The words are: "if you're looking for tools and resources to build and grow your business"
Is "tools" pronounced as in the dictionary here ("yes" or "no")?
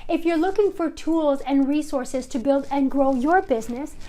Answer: yes